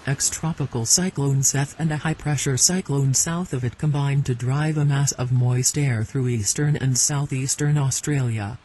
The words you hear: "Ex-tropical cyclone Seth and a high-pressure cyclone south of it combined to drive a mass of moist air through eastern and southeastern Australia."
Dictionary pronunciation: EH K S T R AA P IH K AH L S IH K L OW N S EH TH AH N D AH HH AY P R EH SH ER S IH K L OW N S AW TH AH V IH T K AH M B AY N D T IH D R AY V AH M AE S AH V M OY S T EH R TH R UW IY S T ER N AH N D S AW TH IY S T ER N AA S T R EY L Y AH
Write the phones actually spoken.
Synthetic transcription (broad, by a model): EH K S T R AA P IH K L S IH K L OW N S EH TH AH N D AH HH AY P R EH SH ER S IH K L OW N S AW TH AH V IH T K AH M B AY N T IH D R AY V AH M AE S AH V M OY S T EH R TH R UW IY S T ER N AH N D S AW TH IY S T ER N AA S T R EY L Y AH